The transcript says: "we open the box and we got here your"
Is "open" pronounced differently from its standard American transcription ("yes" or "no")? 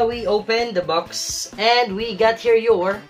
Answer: no